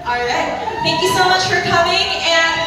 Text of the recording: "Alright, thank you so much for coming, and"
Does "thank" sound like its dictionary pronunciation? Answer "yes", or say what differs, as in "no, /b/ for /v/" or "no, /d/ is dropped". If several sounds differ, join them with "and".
no, /t/ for /θ/